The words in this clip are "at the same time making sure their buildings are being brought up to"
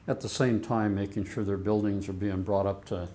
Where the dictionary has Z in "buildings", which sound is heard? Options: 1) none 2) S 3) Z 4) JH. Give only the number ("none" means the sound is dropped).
3